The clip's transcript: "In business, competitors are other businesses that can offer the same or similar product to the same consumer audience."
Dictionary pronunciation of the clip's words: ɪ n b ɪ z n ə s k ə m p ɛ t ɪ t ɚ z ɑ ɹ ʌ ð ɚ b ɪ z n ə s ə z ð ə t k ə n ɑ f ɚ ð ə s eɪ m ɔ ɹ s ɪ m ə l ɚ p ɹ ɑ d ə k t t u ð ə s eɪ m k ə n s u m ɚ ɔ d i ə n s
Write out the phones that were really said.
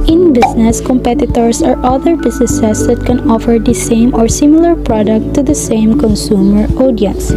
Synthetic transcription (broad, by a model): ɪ n b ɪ s n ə s k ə m p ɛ t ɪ t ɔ s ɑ ɹ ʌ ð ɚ b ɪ s n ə s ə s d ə t k ə n ɑ f ɚ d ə s eɪ m ɔ ɹ s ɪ m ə l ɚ p ɹ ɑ d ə k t t u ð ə s eɪ m k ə n s u m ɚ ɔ d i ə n s